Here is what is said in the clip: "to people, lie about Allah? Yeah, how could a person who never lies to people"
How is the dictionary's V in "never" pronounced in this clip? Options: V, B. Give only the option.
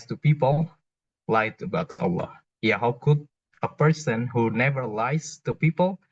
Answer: V